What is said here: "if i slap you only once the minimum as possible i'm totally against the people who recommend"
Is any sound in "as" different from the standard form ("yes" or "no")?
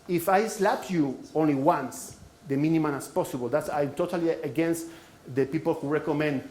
yes